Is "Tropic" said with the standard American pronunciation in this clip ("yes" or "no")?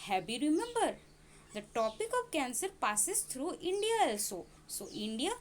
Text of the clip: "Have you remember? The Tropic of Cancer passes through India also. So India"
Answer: no